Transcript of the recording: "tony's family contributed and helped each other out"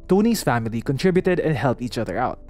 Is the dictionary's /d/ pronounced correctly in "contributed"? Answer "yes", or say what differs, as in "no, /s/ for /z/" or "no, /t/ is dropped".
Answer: yes